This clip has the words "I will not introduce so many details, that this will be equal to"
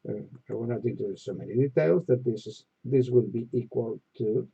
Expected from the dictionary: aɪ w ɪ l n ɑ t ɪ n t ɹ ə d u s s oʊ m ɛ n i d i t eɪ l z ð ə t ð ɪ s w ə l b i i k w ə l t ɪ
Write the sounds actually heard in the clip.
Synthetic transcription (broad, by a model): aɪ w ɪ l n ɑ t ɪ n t ə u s s oʊ m ɛ n i d i t eɪ l z ð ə t ð ɪ s w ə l b i i k w ə l t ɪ